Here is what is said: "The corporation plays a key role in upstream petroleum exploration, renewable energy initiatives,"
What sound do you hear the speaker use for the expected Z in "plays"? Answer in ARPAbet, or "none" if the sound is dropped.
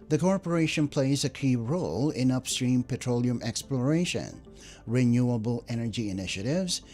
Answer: Z